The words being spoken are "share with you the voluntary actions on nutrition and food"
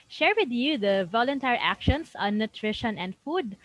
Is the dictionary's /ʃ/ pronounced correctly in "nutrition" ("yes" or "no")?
yes